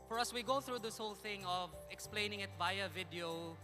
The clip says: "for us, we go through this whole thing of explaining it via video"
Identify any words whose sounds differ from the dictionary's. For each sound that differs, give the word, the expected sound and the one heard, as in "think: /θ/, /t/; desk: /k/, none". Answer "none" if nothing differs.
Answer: via: /v/, /b/